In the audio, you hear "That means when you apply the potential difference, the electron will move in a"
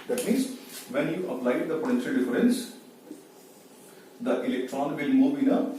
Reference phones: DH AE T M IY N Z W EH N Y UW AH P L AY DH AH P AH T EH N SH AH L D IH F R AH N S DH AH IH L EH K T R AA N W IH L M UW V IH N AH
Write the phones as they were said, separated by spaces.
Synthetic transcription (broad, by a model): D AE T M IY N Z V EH N Y UW AH P L AY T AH P AH T EH N SH AH L D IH F R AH N S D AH IH L EH K T R AA N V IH L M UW B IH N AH